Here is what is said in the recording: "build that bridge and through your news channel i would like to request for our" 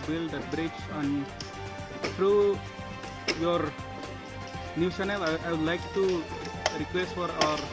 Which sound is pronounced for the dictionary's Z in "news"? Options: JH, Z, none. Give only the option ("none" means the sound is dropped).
none